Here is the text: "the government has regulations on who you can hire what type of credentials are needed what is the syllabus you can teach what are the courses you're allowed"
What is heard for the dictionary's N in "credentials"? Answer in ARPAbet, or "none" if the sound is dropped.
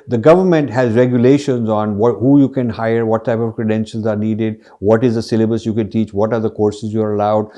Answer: N